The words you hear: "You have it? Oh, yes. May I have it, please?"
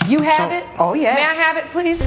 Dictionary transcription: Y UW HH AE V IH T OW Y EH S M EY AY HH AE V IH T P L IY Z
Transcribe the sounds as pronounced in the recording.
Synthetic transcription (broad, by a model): Y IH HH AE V IH T OW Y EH M EY AY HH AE V IH T P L IY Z